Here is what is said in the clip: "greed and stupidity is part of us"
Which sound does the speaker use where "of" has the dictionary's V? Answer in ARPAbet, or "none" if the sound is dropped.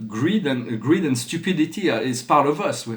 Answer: V